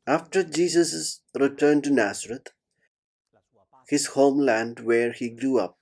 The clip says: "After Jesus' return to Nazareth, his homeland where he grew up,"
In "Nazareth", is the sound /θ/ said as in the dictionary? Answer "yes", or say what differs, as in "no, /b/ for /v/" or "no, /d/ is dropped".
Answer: no, /t/ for /θ/